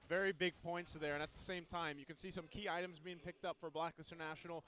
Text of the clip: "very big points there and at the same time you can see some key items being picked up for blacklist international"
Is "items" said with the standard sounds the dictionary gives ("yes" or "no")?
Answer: yes